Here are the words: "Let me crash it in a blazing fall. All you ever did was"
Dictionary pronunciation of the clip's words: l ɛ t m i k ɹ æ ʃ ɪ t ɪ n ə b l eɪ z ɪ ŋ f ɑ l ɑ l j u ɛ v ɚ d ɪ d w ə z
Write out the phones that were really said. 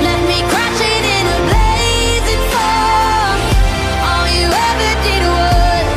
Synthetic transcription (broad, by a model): l ɛ t m i k ɹ æ ʃ ɪ t ɪ n ə b l eɪ z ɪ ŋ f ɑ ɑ n j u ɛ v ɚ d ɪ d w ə